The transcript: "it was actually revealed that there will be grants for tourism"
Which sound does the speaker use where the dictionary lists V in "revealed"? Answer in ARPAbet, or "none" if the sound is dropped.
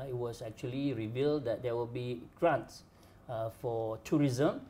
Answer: V